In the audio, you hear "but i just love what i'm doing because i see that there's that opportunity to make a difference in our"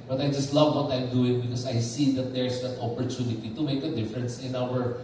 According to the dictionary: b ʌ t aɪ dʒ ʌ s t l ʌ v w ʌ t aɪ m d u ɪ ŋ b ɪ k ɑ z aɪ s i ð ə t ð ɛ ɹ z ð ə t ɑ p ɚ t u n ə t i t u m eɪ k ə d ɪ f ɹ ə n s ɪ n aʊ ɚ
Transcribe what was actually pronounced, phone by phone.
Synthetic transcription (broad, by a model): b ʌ t aɪ dʒ ʌ s t l ʌ v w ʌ t aɪ m d u ɪ ŋ b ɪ k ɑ s aɪ s i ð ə t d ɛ ɹ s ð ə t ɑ p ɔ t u n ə t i t u m eɪ k ə d ɪ f ɹ ə n s ɪ n aʊ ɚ